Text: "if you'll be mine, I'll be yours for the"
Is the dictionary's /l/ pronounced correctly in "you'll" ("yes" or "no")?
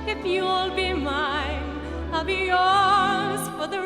yes